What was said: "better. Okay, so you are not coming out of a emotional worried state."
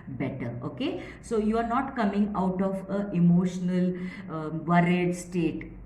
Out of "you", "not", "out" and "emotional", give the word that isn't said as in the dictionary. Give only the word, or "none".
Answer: none